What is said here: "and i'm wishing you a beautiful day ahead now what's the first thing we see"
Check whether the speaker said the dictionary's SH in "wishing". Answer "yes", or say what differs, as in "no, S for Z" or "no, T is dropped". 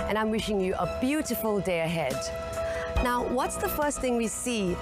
yes